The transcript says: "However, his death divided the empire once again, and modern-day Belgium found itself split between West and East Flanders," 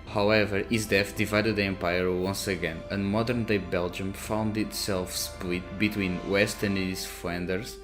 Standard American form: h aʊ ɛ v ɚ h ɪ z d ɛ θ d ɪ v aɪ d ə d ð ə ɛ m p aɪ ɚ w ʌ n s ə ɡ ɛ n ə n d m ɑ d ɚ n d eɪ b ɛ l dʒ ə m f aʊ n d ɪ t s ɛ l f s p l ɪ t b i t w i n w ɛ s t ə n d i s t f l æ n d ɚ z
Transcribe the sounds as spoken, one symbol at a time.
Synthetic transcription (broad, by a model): h aʊ ɛ v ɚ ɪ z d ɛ f d ɪ v aɪ d ə d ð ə ɛ m p aɪ ɚ w ʌ n s ə ɡ ɛ n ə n m ɑ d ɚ n d eɪ b ɛ l dʒ ə m f aʊ n d ɪ t s ɛ l f s p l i t b i t w i n w ɛ s t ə n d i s f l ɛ n d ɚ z